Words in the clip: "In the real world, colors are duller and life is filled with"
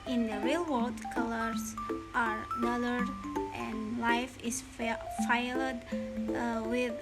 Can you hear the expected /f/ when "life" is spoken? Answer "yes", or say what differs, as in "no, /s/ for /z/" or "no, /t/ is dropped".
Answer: yes